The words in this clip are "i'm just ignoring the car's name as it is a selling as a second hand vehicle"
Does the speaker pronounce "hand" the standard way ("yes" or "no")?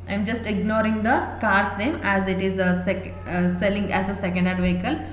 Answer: no